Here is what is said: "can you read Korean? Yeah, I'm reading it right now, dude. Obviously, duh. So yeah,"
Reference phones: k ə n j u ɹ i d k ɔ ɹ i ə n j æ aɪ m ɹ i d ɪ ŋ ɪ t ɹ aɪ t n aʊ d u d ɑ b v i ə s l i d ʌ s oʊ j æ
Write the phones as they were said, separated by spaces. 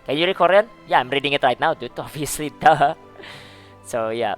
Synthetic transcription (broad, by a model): k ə n j u ɹ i k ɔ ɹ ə n j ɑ aɪ m ɹ i d ɪ ŋ ɪ t ɹ aɪ t n aʊ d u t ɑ v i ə s l i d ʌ s oʊ j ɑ